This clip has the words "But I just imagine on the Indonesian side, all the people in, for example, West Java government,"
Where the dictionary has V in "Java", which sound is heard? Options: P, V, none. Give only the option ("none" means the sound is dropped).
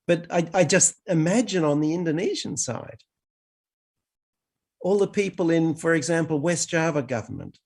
V